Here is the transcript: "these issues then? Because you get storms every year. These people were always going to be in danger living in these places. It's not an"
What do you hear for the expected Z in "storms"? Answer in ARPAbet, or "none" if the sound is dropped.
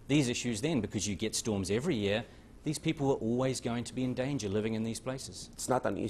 Z